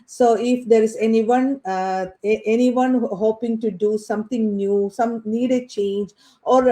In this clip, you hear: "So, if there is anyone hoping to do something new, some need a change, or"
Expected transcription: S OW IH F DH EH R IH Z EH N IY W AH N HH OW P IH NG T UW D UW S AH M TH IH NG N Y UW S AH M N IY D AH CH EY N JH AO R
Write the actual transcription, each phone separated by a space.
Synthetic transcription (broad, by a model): S OW IH F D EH R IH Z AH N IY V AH N HH OW P IH NG T UW D UW S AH M T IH NG N Y UW S AH M N IY D AH CH EY N JH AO R